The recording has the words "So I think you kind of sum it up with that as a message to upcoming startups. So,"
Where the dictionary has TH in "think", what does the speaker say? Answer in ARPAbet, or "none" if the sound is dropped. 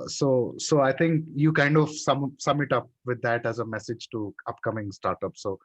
T